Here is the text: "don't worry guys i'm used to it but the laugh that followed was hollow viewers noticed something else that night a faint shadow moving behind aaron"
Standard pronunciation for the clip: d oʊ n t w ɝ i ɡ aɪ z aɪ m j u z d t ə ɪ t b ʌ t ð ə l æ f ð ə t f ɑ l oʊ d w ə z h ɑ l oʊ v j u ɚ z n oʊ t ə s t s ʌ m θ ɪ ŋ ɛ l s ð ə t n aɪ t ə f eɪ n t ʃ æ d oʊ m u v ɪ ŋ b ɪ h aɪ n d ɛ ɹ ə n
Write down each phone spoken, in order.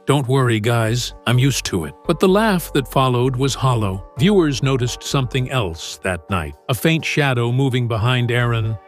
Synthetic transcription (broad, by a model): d oʊ n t w ɝ i ɡ aɪ z aɪ m j u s t ə ɪ t b ʌ t ð ə l æ f ð ə t f ɑ l oʊ d w ə z h ɑ l oʊ v j u ɚ z n oʊ t ə s t s ʌ m θ ɪ ŋ ɛ l s ð ə t n aɪ t ə f eɪ n t ʃ æ d oʊ m u v ɪ ŋ b ɪ h aɪ n d ɛ ɹ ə n